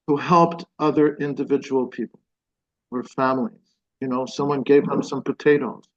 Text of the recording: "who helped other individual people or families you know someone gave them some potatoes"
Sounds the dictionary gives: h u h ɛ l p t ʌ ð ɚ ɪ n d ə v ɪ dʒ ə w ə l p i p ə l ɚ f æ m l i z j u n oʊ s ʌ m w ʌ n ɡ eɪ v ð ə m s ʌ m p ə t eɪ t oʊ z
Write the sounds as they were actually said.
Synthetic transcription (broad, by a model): h u h ɛ l p t ʌ ð ɚ ɪ n d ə v ɪ dʒ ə w l p i p l ɚ f æ m l i z j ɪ n oʊ s ʌ m w ʌ n ɡ eɪ v ð ə m s ʌ m p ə t eɪ t oʊ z